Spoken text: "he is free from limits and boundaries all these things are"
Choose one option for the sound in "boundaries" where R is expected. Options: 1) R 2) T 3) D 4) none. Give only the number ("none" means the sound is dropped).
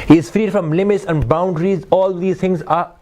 1